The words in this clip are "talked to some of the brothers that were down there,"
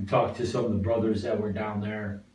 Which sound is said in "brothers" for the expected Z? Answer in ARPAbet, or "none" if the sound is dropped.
Z